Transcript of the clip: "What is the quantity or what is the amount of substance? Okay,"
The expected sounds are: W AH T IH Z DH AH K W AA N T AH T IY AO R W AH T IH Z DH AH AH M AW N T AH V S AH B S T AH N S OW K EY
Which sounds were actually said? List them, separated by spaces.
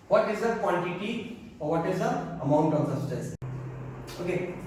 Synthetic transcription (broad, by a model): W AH T IH Z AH K W AA N T AH T IY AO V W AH T IH Z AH AH M AW N T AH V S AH S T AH S OW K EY